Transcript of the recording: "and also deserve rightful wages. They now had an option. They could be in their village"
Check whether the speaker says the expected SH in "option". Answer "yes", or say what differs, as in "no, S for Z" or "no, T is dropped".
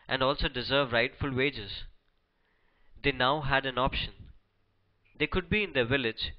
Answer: yes